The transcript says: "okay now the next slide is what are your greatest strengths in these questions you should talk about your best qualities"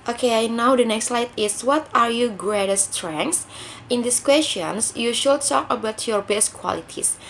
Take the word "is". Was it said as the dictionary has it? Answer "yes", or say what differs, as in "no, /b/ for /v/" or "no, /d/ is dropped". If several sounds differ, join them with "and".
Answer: no, /s/ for /z/